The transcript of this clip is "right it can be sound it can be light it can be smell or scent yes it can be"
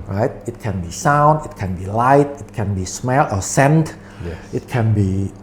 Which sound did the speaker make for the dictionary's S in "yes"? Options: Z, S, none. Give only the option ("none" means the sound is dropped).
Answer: none